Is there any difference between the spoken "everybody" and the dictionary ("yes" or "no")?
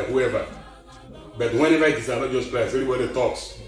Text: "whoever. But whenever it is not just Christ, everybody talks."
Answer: yes